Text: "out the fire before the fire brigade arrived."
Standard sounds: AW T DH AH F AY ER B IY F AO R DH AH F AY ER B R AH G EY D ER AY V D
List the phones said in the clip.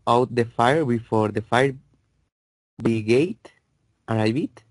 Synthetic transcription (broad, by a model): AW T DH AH F AY ER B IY F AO R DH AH F AY ER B AH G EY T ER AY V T